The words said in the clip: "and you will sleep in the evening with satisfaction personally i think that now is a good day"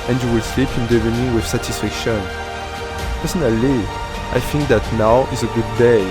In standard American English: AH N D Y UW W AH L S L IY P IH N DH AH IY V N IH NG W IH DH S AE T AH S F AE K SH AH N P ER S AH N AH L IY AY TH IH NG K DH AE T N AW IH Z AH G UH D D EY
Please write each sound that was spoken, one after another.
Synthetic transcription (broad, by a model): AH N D Y UW W AH L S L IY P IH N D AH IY N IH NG W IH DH S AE T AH S F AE K SH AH N P ER S AH N AH L IY AY TH IH NG K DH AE T N AW IH Z AH G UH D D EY